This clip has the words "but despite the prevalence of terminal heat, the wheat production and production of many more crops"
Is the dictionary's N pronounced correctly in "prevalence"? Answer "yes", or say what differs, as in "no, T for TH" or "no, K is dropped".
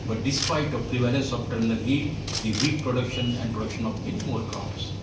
no, N is dropped